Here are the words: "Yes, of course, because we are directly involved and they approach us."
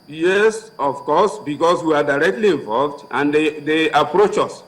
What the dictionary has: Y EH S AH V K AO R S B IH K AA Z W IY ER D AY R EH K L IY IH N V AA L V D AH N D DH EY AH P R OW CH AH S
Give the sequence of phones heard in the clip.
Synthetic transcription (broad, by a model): Y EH S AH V K AO S B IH K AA S W IY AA D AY R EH K L IY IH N V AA L V D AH N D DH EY AH P R OW CH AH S